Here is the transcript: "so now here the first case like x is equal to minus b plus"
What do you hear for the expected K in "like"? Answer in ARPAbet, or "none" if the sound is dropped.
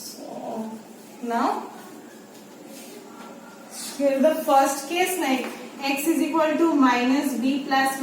none